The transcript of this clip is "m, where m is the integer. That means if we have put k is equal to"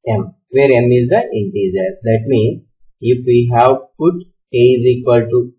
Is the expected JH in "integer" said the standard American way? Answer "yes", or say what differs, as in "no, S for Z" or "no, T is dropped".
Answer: no, Z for JH